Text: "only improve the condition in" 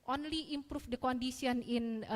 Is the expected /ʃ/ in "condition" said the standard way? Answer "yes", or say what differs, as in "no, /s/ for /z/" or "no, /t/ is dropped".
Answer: no, /s/ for /ʃ/